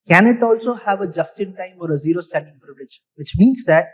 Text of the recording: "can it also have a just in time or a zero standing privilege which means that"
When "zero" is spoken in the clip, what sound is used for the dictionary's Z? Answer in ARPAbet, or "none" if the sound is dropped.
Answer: Z